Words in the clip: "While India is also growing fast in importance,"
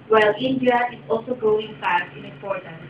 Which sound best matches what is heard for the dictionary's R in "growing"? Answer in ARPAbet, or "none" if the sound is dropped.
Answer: none